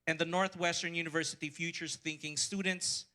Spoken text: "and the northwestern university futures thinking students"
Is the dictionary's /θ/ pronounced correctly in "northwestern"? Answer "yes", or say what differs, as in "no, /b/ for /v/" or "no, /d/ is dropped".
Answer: yes